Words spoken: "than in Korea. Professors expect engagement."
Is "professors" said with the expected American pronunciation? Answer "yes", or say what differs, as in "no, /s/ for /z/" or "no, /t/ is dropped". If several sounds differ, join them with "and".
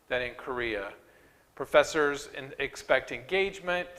yes